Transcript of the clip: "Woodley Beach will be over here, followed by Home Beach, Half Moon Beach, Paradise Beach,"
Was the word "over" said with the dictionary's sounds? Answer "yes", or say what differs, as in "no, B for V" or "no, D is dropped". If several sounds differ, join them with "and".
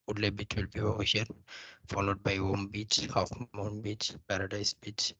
no, V is dropped